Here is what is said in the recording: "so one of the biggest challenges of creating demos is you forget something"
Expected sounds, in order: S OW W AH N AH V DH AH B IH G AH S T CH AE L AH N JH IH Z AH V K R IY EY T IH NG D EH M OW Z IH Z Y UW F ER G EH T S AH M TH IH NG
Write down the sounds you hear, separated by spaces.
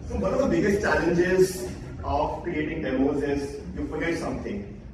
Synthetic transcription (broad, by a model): S OW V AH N AH V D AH B IH G AH S T CH AE L AH N JH IH Z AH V K R IY EY T IH NG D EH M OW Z IH Z Y UW F ER G EH T S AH M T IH NG